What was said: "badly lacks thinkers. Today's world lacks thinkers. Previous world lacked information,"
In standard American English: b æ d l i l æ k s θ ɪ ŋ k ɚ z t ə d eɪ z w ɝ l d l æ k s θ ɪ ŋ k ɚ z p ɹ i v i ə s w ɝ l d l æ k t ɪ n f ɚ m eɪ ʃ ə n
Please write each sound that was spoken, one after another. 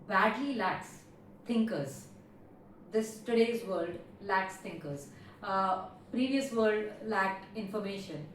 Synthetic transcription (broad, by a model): b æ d l i l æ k s t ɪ ŋ k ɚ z t ə d eɪ z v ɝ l d l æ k s t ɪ ŋ k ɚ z p ɹ i v i ə s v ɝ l d l æ k t ɪ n f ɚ m eɪ ʃ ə n